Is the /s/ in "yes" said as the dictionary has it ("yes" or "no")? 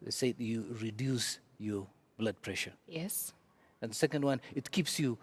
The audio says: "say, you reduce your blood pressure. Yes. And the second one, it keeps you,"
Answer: yes